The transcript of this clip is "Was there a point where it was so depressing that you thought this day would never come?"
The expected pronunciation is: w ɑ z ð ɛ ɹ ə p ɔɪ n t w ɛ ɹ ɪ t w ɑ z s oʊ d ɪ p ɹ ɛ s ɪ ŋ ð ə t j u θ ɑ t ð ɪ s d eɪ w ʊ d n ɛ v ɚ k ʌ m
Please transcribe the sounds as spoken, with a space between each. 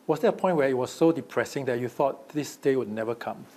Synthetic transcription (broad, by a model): w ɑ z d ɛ ə p ɔɪ n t w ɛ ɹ ɪ t w ɑ s oʊ d ɪ p ɹ ɛ s ɪ ŋ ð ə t j u θ ɑ t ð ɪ s d eɪ w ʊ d n ɛ v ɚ k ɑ m